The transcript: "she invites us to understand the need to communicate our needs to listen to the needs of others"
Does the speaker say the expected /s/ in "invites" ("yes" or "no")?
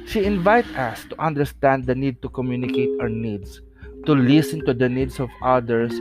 no